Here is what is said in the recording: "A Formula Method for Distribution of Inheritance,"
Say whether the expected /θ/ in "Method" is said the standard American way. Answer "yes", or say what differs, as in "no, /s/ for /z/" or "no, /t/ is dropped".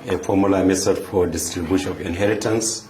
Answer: no, /s/ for /θ/